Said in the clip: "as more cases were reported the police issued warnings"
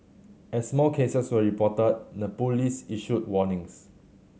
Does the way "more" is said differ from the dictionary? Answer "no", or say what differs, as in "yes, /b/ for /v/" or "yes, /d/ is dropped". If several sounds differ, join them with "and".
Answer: yes, /l/ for /ɹ/